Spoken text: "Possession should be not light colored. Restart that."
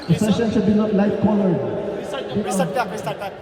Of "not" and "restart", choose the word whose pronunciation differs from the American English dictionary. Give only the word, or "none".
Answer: restart